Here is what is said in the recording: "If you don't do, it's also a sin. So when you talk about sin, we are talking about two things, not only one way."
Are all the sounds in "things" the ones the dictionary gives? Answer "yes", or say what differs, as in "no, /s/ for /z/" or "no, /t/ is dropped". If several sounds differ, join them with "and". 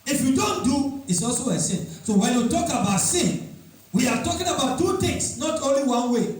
no, /t/ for /θ/ and /s/ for /z/